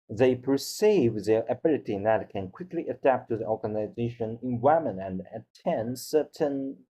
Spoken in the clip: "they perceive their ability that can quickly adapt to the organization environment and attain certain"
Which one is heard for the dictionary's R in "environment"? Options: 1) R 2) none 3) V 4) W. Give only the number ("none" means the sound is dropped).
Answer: 2